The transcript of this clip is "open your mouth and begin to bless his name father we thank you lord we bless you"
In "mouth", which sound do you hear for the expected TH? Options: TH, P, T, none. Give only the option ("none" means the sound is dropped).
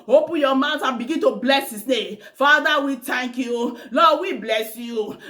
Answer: T